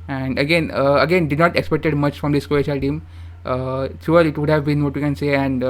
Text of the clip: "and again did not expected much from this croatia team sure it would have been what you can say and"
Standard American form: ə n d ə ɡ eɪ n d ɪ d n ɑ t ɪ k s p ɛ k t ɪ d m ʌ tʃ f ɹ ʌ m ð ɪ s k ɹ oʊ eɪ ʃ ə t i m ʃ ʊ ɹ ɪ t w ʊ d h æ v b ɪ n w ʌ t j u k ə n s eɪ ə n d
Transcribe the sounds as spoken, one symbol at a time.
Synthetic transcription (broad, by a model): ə n d ə ɡ eɪ n d ɪ d n ɑ t ɪ k s p ɛ k t ɪ d m ʌ tʃ f ɹ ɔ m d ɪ s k oʊ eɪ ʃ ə t i m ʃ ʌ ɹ ɪ t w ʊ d h æ v b ɪ n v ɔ t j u k ə n s eɪ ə n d